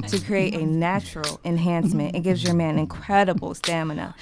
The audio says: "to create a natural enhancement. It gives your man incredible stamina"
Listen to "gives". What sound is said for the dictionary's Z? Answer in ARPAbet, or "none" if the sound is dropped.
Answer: Z